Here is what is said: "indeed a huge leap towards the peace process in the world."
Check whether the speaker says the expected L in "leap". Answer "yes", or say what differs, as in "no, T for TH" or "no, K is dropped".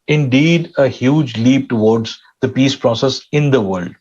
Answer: yes